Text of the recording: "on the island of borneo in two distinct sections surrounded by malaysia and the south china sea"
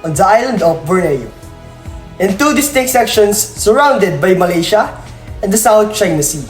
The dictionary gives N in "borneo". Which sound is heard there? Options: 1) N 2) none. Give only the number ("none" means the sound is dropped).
2